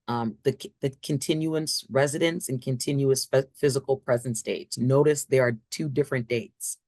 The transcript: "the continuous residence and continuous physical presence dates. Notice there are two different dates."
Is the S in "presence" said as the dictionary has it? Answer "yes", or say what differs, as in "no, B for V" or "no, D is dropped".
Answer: yes